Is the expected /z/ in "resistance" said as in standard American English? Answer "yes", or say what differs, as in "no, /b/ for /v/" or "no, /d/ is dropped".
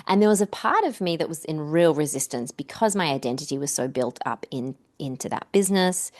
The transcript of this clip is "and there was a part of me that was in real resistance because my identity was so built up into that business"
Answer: yes